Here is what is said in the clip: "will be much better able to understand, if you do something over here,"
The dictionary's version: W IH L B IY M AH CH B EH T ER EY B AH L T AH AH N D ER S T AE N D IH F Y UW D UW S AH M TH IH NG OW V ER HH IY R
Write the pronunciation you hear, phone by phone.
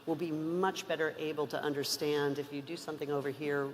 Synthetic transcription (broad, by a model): W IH L B IY M AH CH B EH T ER EY B L T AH AH N D ER S T AE N D IH F Y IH D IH S AH M TH IH NG OW V ER HH IY R